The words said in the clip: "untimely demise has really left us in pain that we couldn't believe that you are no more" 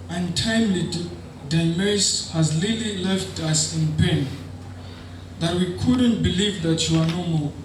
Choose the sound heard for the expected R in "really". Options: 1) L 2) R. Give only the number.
1